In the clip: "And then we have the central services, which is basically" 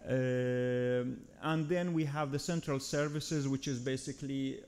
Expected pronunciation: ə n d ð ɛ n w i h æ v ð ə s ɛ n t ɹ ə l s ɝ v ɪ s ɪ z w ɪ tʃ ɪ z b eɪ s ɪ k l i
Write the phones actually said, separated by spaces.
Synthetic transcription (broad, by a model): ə n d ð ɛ n w i h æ v ð ə s ɛ n t ɹ ə l s ɝ v ɪ s ɪ z w ɪ tʃ ɪ z b eɪ s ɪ k l i